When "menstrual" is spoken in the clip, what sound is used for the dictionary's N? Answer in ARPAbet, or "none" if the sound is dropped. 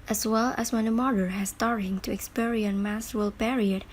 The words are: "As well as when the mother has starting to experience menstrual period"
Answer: none